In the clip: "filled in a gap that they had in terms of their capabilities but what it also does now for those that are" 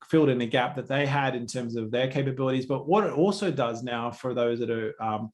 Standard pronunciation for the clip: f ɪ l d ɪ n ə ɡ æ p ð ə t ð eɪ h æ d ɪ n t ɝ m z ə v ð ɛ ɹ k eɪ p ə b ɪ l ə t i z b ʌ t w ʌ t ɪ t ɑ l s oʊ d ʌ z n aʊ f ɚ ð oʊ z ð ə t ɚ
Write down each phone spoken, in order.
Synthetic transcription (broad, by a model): f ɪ l d ɪ n ə ɡ æ p ð ə t ð eɪ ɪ d ɪ n t ɝ m z ə v ð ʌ ɹ k eɪ p ə b ɪ l ə t i z b ʌ t w ʌ t ɪ t ɑ l s oʊ d ʌ z n aʊ f ɚ ð oʊ z ð ə t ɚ